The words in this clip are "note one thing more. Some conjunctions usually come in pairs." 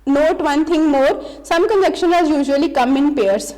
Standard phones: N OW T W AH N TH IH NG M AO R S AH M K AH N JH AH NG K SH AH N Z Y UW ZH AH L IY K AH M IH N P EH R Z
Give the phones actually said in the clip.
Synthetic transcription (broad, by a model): N OW T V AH N T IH NG M AO R S AH M K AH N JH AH K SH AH N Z Y UW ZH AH L IY K AH M IH N P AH R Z